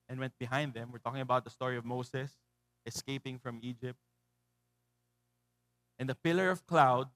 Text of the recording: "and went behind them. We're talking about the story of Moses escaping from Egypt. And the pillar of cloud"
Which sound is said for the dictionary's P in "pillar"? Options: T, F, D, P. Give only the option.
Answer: P